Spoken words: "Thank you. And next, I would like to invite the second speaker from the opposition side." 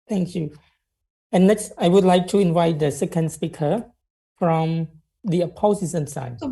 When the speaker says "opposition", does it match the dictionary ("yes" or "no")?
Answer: no